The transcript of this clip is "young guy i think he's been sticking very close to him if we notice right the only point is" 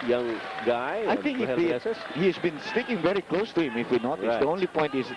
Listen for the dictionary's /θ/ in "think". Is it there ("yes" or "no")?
no